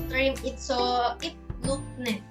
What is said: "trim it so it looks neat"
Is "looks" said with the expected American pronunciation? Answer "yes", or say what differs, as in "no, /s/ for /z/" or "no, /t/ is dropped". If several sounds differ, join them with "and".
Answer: no, /s/ is dropped